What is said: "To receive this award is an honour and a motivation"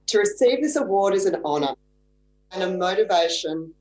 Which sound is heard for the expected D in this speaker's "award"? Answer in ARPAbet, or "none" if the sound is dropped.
D